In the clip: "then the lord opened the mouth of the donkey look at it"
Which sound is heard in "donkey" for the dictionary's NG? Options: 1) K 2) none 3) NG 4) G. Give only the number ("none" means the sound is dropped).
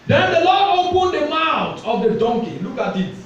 3